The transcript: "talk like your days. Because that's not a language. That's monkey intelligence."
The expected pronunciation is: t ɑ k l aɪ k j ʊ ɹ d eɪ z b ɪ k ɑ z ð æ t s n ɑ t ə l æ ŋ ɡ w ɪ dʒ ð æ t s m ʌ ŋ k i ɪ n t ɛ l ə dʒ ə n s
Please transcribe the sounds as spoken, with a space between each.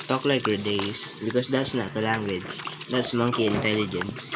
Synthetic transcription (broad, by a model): t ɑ k l aɪ k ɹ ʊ d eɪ s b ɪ k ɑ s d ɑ t s n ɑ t ə l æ ŋ ɡ w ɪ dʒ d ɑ t s m ʌ ŋ k i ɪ n t ɛ l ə dʒ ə n s